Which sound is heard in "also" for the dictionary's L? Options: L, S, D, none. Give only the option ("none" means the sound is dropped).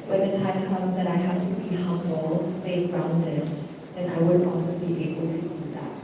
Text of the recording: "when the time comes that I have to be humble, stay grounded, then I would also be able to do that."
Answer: none